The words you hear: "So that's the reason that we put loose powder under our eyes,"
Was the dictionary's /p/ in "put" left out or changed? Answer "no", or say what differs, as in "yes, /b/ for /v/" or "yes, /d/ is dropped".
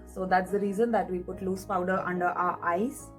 no